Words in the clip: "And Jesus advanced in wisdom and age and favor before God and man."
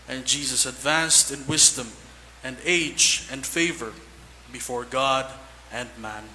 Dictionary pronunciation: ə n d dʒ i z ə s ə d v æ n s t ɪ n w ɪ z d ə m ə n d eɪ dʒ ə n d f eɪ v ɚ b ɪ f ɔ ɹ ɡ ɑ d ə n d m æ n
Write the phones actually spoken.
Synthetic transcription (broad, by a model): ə n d dʒ i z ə s ə d v æ n s t ɪ n w ɪ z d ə m ə n d eɪ dʒ ə n d f eɪ v ɚ b ɪ f ɔ ɹ ɡ ɑ d ə n d m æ n